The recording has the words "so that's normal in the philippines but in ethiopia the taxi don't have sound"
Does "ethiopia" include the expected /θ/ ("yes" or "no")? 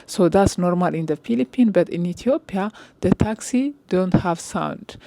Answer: no